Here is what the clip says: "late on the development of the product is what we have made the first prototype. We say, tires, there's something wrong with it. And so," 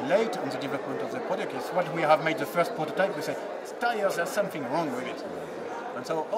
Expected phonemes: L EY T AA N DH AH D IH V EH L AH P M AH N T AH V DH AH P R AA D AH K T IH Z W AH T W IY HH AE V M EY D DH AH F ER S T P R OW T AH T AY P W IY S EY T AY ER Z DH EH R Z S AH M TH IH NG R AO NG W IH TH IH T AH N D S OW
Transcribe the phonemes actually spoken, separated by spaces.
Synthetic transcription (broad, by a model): L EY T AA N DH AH D IH V EH L AH P M AH N T AH V DH AH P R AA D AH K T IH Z W AH T W IY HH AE V M EY D DH AH F ER S T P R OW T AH T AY P W IY S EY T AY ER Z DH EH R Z S AH M TH IH NG R AO NG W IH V IH T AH N S OW